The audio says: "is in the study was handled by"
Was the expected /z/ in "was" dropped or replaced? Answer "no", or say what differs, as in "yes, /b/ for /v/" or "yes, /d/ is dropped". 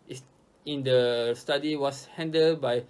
yes, /s/ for /z/